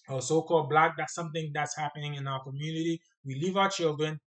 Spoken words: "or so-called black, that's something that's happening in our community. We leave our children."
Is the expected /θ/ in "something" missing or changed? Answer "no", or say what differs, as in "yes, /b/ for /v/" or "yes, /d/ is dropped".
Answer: no